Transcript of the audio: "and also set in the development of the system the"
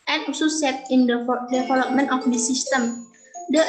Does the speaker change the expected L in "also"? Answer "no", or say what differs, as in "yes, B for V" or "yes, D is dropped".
yes, L is dropped